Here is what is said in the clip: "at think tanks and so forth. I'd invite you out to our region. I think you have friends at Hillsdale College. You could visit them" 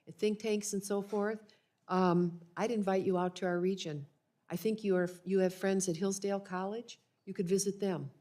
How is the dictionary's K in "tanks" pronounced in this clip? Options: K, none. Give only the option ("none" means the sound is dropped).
K